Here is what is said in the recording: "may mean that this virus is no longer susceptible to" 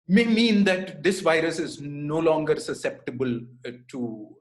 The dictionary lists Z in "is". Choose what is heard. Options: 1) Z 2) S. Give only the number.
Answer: 1